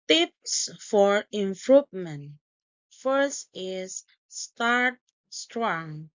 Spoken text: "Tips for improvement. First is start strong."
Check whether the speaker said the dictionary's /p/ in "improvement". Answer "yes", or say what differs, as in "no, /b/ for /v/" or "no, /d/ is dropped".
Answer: no, /f/ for /p/